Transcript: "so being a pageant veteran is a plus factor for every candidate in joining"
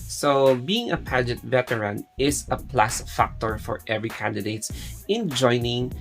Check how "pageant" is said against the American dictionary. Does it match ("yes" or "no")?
no